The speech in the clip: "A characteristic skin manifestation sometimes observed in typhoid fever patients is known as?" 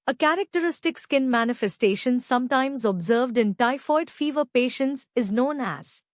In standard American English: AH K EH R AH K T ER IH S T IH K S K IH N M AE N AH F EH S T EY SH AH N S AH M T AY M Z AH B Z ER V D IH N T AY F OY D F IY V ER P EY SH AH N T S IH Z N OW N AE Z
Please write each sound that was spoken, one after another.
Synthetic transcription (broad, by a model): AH K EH R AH K T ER IH S T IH K S K IH N M AE N AH F EH S T EY SH AH N S AH M T AY M Z AH B Z ER V D IH N T AY F OY D F IY V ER P EY SH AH N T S IH Z N OW N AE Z